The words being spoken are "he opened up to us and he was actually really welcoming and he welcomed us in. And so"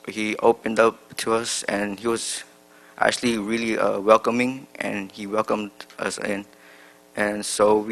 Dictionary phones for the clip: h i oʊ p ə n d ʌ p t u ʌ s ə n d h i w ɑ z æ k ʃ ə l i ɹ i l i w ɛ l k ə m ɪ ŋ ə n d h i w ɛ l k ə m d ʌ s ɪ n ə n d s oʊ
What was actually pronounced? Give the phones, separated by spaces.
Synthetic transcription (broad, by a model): h i oʊ p ə n d ʌ p t u ʌ s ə n h i w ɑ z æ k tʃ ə l i ɹ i l i w ɛ l k ə m ɪ ŋ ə n h i w ɛ l k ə m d ʌ s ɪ n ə n s oʊ